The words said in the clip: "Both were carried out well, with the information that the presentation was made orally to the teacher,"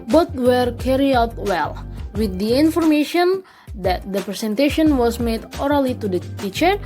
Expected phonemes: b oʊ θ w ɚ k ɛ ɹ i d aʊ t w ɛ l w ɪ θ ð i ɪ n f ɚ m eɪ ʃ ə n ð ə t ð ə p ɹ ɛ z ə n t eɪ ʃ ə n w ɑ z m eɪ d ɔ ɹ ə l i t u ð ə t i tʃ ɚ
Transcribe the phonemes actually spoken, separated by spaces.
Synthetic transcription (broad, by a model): b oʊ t w ɚ k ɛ ɹ i aʊ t w ɛ l w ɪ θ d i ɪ n f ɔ m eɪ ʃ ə n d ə t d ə p ɹ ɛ s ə n t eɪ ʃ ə n w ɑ s m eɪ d ɔ ɹ ə l i t u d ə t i tʃ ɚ